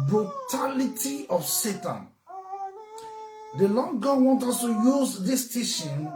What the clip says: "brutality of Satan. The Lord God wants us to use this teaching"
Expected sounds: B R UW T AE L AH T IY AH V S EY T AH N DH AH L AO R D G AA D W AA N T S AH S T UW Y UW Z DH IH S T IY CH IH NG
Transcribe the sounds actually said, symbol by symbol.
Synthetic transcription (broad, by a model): B R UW T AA L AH T IY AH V S EY T AH N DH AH L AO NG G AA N W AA N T AH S T UW Y UW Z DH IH S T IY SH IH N